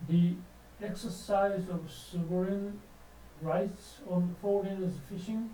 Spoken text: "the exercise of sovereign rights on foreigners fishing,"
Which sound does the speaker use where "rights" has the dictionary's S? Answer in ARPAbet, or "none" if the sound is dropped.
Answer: S